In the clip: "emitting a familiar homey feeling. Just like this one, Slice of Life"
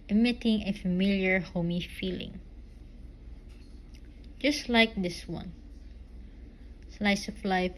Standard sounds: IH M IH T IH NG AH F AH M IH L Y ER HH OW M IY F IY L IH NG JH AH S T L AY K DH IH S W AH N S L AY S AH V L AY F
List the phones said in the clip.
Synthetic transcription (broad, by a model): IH M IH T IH NG AH F AH M IH L Y ER HH OW M IY F IY L IH NG JH AH S T L AY K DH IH S W AH N S L AY S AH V L AY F